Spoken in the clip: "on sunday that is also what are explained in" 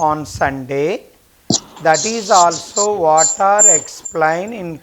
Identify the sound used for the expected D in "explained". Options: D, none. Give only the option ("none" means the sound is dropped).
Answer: none